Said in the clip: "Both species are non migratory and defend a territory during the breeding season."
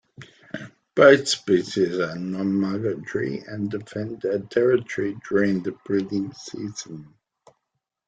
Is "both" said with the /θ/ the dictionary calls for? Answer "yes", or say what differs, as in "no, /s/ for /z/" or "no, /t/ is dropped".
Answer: yes